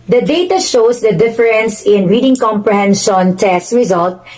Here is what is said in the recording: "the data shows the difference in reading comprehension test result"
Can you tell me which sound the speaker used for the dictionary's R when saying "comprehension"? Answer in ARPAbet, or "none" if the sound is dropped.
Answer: R